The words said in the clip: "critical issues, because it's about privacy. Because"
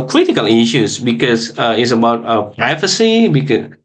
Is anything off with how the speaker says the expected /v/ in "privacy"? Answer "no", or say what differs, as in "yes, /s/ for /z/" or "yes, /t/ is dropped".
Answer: yes, /f/ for /v/